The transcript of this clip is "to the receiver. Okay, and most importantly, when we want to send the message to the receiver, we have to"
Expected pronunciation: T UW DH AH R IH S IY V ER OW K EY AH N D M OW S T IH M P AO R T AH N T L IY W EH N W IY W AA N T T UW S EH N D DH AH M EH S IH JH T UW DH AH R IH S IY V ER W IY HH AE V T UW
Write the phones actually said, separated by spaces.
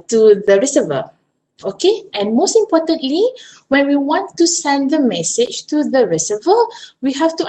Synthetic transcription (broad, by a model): T UW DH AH R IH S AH V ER OW K EY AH N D M OW S T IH M P AO T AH N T L IY W EH N W IY W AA N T T UW S EH N D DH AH M EH S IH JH T UW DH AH R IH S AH V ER W IY HH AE F T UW